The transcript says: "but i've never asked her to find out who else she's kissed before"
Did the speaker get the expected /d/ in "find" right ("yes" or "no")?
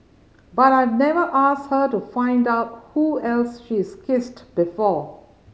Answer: yes